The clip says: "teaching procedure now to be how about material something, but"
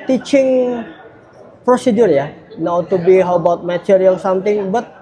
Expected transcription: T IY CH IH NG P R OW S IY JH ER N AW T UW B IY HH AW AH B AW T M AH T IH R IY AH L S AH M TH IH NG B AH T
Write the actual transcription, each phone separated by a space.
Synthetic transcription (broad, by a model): T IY CH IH NG P R OW S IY JH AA N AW T UW B IY HH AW AH B AW T M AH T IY R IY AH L S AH M T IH NG B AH T